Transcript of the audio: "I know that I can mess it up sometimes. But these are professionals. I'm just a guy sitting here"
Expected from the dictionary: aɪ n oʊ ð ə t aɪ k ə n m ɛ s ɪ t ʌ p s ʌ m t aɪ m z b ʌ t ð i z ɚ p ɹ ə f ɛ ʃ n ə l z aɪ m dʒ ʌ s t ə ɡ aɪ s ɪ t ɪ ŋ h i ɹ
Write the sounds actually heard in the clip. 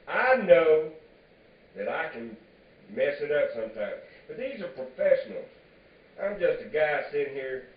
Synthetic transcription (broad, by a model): aɪ n oʊ ð ə t aɪ k ə n m ɛ s ɪ t ʌ p s ʌ m t aɪ m z b ʌ t ð i z ɚ p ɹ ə f ɛ ʃ n l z aɪ m dʒ ʌ s t ə ɡ aɪ s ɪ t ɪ h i ɹ